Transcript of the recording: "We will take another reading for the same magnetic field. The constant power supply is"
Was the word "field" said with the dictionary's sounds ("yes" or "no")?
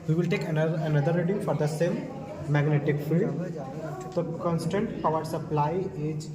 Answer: no